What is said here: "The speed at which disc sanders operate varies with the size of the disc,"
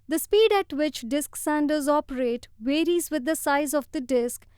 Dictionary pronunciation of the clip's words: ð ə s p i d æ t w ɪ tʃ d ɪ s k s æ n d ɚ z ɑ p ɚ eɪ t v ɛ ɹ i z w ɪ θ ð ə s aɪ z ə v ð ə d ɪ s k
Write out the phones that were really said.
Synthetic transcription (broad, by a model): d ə s p i d æ t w ɪ tʃ d ɪ s k s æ n d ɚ z ɑ p ɚ eɪ t v ɛ ɹ i z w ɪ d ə s aɪ z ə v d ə d ɪ s k